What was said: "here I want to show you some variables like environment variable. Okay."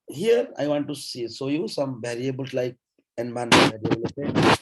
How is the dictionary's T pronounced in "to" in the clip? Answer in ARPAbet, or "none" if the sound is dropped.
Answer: S